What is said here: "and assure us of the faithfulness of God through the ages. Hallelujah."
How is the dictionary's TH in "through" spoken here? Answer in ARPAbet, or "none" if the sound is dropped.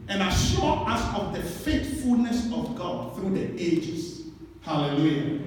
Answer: TH